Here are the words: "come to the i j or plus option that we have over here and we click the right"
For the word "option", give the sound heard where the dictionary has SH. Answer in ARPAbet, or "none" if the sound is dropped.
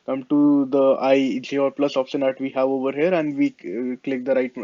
S